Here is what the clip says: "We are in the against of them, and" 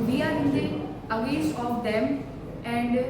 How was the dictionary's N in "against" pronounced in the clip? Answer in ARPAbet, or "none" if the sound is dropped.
none